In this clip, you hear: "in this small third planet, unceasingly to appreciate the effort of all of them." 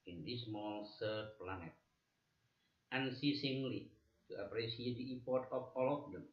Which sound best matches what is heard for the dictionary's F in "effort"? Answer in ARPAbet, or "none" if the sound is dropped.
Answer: P